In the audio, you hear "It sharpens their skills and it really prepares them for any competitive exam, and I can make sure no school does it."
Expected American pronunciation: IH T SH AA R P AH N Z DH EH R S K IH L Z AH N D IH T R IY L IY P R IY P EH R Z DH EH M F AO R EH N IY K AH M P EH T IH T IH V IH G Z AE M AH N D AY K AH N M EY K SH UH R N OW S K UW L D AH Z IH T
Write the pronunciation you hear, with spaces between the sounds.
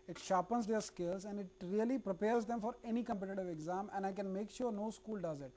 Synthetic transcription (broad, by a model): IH T SH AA P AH N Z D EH R S K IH L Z AH N D IH T R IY L IY P R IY P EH R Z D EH M F AO R EH N IY K AH M P EH T IH T IH V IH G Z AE M AH N D AY K AH N M EY K SH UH R N OW S K UW L D AH Z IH T